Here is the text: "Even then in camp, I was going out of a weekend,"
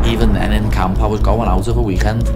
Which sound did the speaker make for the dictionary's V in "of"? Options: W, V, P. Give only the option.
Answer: P